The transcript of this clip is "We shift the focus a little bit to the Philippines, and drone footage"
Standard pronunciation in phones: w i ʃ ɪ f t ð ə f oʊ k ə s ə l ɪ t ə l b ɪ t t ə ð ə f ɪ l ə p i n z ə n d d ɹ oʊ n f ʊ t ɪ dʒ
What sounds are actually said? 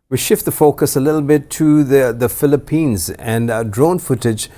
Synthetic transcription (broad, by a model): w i ʃ ɪ f t ð ə f oʊ k ə s ə l ɪ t l b ɪ t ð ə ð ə f ɪ l ə p i n z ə n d d ɹ oʊ n f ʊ t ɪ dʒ